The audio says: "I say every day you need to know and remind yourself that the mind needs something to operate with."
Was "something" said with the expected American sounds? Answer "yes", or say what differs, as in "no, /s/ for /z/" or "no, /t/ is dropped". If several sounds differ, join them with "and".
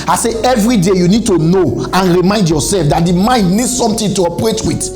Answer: no, /t/ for /θ/